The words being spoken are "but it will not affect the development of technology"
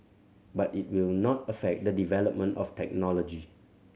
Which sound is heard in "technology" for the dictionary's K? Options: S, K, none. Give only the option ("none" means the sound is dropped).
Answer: K